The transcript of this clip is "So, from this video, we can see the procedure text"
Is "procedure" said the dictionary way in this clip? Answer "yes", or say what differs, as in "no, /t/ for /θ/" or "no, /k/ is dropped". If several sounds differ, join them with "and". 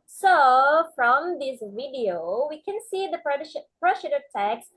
no, /ʃ/ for /s/